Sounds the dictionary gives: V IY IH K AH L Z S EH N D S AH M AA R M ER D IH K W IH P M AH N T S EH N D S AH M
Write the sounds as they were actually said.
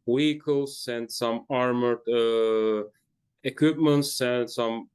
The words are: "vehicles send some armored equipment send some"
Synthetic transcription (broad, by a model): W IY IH K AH L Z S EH N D S AH M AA R M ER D IH K W IH P M AH N T S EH N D S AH M